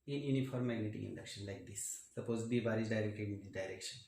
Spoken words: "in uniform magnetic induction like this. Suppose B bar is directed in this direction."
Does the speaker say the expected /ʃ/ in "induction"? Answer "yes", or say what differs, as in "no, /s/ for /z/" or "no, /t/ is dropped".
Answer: yes